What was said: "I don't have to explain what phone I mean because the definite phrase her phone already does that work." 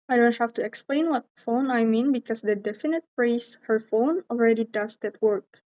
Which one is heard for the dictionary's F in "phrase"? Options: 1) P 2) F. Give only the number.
1